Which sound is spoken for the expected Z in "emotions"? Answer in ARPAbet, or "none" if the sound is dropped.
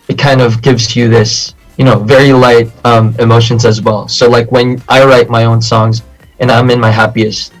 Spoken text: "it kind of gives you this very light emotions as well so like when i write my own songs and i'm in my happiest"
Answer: Z